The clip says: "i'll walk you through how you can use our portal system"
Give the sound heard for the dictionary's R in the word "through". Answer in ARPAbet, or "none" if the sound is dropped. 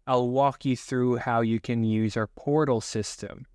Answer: R